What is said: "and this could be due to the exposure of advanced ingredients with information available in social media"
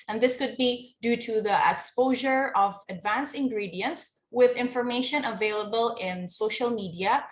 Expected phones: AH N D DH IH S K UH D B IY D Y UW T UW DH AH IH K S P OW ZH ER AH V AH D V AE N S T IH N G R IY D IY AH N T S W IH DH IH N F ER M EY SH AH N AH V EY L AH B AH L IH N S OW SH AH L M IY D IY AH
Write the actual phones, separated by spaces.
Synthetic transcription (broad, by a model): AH N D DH IH S K UH D B IY D Y UW T UW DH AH IH K S P OW ZH ER AH V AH D V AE N S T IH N G R IY D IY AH N T S W IH DH IH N F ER M EY SH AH N AH V EY L AH B AH L IH N S OW SH AH L M IY D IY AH